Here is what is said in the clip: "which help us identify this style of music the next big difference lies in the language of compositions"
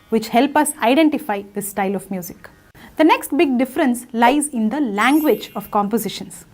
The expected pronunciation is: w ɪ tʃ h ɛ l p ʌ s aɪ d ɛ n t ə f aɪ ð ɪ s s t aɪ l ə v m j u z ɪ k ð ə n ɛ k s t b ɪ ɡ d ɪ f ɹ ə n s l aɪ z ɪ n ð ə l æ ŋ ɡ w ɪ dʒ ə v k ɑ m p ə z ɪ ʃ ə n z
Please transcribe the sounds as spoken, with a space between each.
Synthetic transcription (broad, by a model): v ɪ tʃ h ɛ l p ʌ s aɪ d ɛ n t ə f aɪ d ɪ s s t aɪ l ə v m j u z ɪ k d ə n ɛ k s t b ɪ ɡ d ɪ f ɹ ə n s l aɪ z ɪ n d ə l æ ŋ ɡ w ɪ dʒ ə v k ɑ m p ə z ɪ ʃ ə n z